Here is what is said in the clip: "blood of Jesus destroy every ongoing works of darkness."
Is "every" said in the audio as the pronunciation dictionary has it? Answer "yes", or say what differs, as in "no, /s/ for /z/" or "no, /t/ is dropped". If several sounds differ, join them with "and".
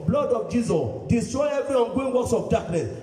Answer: no, /ɹ/ is dropped